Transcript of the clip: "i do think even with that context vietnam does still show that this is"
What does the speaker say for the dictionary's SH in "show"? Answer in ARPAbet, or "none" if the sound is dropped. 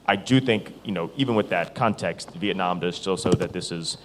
S